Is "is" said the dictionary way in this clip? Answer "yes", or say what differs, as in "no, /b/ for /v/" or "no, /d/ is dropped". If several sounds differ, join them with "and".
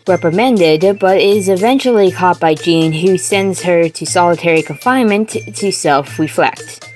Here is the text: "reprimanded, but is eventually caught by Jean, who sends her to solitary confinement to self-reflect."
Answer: yes